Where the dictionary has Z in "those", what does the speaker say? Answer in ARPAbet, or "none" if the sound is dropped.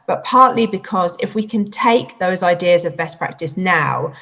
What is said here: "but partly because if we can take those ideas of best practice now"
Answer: Z